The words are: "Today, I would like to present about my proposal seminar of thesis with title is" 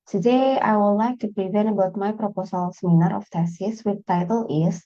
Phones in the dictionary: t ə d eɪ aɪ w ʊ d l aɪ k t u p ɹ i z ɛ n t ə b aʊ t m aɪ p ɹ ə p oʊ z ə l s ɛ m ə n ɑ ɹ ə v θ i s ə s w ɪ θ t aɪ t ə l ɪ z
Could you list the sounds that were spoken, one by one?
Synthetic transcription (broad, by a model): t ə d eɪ aɪ w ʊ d l aɪ k t u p ɹ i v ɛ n ə b aʊ t m aɪ p ɹ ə p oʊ s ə l s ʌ m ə n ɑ ɹ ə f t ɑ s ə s w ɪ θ t aɪ t ə l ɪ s